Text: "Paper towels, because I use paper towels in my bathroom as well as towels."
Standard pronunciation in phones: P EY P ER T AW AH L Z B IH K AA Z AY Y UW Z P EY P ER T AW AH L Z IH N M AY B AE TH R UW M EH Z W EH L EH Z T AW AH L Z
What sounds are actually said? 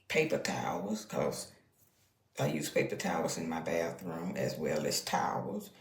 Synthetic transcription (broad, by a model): P EY P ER T AW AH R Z K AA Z AY Y UW Z P EY P ER T AW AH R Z IH N M AY B AE TH R UW M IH Z W EH L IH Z T AW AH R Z